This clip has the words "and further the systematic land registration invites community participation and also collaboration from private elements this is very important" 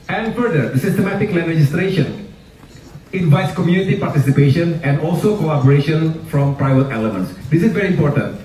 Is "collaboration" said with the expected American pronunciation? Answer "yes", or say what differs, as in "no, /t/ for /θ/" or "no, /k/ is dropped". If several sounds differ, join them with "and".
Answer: no, /l/ is dropped